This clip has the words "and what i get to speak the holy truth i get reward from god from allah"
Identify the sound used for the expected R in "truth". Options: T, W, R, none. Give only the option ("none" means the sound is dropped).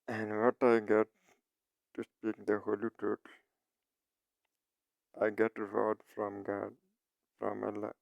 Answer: none